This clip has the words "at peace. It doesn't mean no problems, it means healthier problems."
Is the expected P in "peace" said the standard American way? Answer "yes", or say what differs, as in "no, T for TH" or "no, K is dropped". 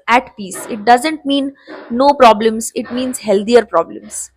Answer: yes